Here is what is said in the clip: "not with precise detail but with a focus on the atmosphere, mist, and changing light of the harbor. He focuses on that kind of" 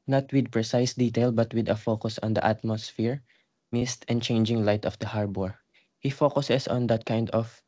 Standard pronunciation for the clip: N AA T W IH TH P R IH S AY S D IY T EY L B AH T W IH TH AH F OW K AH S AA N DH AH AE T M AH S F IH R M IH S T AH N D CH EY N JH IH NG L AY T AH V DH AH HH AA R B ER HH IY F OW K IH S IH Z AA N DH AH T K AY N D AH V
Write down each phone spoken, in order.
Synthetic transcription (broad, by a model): N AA T W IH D P R IH S AY S D IY T EY L B AH T W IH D AH F OW K AH S AA N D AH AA T M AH S F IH R M IH S T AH N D CH EY N JH IH NG L AY T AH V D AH HH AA R B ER HH IY F OW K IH S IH S AA N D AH T K AY N D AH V